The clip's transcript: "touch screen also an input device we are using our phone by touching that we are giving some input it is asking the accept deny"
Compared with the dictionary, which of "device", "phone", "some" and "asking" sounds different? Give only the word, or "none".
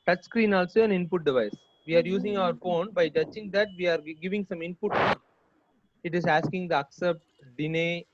none